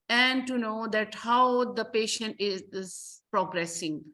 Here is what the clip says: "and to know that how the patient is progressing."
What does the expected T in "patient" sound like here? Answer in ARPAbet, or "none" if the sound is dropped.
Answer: T